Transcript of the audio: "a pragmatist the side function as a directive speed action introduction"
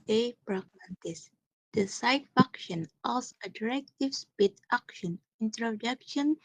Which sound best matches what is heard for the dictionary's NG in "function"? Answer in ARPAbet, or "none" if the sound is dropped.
none